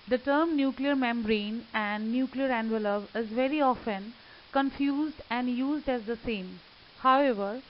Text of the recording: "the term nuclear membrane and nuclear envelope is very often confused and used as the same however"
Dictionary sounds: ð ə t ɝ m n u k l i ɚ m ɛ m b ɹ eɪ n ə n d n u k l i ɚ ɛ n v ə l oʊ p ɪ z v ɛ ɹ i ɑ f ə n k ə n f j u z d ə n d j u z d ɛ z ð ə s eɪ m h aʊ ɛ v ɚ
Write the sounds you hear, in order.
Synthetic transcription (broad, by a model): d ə t ɝ m n u k l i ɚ m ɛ m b ɹ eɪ n ə n d n u k l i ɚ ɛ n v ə l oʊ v ɪ z v ɛ ɹ i ɑ f ə n k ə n f j u z d ə n d j u z d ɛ z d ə s eɪ m h aʊ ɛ v ɚ